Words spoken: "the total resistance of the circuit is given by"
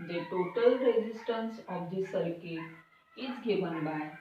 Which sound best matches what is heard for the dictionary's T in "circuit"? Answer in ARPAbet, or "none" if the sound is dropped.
none